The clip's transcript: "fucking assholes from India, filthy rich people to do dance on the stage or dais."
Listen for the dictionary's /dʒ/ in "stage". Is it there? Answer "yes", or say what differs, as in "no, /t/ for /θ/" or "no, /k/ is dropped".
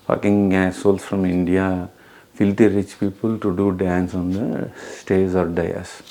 no, /z/ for /dʒ/